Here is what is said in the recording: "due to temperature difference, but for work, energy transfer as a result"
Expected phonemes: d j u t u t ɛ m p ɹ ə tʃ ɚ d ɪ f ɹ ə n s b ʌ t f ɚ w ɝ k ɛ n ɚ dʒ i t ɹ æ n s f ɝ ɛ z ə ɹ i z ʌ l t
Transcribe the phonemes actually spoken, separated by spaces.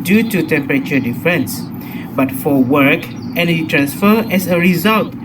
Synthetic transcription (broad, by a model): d j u t u t ɛ m p ɹ ə tʃ ɚ d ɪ f ɹ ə n s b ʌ t f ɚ w ɝ k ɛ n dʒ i t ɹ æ n s f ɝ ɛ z ə ɹ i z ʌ l t